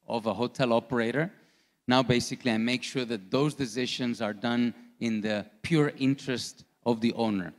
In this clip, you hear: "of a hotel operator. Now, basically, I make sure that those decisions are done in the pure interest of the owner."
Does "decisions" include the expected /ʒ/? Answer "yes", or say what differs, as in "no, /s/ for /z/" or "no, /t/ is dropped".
no, /ʃ/ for /ʒ/